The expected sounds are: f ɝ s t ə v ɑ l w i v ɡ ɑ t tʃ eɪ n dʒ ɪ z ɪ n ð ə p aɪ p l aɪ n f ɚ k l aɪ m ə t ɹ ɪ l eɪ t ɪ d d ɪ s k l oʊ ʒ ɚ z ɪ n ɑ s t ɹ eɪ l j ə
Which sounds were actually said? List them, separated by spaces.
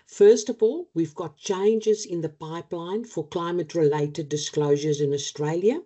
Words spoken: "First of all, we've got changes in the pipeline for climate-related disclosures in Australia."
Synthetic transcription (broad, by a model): f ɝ s t ə v ɑ l w i v ɡ ɑ t tʃ eɪ n dʒ ɪ z ɪ n ð ə p aɪ p l aɪ n f ɚ k l aɪ m ə t ɹ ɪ l eɪ t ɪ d d ɪ s k l oʊ ʒ ɚ z ɪ n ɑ s t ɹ eɪ l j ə